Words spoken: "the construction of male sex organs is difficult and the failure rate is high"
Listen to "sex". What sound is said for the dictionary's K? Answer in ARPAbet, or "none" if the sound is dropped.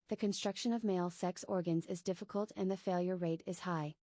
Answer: K